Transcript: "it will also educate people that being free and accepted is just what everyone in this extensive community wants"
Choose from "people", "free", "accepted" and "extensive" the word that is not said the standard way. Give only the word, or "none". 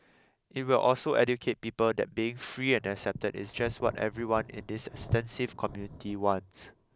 none